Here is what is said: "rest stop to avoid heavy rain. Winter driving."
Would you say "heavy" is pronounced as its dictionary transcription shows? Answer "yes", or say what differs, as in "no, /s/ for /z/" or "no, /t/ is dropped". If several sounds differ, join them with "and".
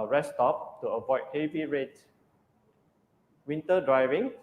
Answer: yes